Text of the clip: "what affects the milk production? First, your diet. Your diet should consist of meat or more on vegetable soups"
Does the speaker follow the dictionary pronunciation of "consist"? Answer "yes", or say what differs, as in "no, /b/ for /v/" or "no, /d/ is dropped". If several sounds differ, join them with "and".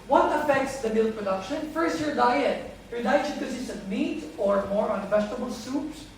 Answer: no, /t/ is dropped